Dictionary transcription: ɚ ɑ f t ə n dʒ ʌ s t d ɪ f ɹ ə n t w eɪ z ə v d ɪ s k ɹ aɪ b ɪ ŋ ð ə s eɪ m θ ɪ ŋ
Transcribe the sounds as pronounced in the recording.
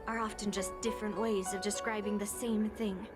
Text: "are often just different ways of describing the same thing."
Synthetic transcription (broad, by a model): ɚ ɑ f t ə n dʒ ʌ s d ɪ f ɹ ə n t w eɪ z ə v d ɪ s k ɹ aɪ b ɪ ŋ ð ə s eɪ m θ ɪ ŋ